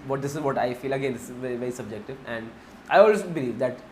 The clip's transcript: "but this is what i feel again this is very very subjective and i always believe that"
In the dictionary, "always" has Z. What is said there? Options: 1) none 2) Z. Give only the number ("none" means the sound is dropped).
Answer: 1